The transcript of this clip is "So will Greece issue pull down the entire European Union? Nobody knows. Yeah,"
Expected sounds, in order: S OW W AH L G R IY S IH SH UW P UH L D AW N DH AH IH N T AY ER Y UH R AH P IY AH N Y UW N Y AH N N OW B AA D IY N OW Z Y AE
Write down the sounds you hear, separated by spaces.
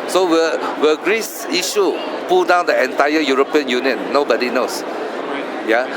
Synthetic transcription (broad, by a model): S OW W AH W G R IY S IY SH UW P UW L D AW N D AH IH N T AY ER Y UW R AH P IY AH N Y UW N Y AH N N OW B AA D IY N OW S Y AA